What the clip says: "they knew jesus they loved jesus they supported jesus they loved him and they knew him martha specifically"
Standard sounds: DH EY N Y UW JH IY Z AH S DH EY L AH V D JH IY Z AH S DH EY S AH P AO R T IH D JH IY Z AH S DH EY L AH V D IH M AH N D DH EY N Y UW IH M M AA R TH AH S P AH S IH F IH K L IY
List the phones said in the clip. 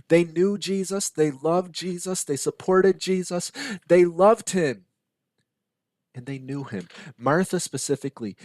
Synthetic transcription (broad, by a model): DH EY N Y UW JH IY Z AH S DH EY L AH V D JH IY Z AH S DH EY S AH P AO R T IH D JH IY Z AH S DH EY L AH V D IH M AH N DH EY N Y UW IH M M AA R TH AH S P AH S IH F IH K L IY